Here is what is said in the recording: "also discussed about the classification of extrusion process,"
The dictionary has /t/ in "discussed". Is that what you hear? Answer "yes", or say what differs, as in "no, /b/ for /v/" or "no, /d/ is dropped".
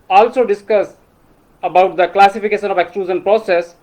no, /t/ is dropped